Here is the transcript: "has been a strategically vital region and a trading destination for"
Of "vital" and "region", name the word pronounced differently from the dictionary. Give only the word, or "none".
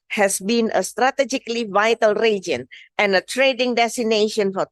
none